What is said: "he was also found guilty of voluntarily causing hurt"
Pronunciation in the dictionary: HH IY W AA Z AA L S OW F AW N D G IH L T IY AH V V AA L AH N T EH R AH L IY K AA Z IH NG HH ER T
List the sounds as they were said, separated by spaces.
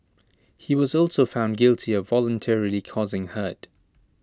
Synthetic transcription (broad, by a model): HH IY W AA Z AA L S OW F AW N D G IH L T IY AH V V AA L AH N T EH R AH L IY K AA Z IH NG HH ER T